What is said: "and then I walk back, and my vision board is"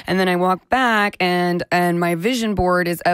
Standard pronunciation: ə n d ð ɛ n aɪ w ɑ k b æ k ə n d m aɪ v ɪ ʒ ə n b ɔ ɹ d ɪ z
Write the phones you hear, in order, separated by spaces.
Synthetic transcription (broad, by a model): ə n ð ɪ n aɪ w ɑ k b æ k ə n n m aɪ v ɪ ʒ ə n b ɔ ɹ d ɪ z